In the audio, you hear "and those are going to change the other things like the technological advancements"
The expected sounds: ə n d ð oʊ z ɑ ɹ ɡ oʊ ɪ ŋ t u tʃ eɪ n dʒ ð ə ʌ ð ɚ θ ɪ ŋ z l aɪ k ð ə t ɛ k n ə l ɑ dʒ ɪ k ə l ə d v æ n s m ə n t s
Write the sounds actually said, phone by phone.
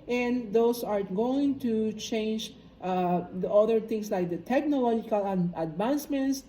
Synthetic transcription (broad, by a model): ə n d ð oʊ s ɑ ɹ ɡ oʊ ɪ ŋ t u tʃ eɪ n dʒ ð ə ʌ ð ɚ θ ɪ ŋ s l aɪ k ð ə t ɛ k n ə l ɑ dʒ ɪ k ə l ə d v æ n s m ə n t s